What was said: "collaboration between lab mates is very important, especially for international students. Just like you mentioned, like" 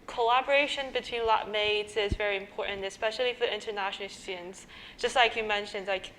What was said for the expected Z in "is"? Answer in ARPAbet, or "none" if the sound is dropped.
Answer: Z